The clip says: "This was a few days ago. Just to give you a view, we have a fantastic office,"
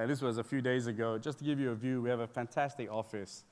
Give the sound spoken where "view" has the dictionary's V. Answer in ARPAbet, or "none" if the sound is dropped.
V